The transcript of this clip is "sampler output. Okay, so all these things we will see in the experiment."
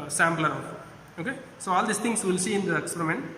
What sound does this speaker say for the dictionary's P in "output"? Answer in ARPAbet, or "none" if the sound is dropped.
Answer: none